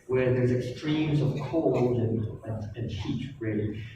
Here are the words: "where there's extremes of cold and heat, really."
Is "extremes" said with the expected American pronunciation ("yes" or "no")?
yes